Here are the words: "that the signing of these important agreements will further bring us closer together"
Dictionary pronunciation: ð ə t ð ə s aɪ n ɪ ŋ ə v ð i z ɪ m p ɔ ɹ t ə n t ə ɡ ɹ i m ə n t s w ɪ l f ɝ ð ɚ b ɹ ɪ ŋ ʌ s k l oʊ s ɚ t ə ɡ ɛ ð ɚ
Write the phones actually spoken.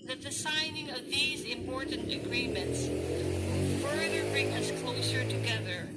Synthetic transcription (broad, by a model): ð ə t ð ə s aɪ n ɪ ŋ ə v ð i z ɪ m p ɔ ɹ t n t ə ɡ ɹ i m ə n t s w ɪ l f ɝ ð ɚ b ɹ ɪ ŋ ʌ s k l oʊ s ɚ t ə ɡ ɛ ð ɚ